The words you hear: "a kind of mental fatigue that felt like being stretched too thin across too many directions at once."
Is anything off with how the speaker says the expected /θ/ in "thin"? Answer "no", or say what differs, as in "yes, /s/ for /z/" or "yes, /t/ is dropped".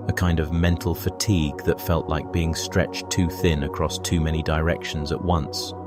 no